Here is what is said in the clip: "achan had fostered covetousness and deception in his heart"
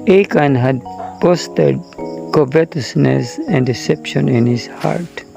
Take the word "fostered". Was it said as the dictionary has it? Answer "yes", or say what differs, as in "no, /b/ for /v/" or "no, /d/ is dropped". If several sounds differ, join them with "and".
no, /p/ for /f/